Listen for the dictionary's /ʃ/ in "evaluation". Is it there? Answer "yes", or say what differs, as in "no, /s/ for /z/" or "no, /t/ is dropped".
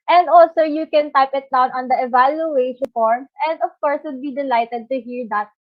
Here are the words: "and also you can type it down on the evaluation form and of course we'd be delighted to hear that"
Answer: no, /ʃ/ is dropped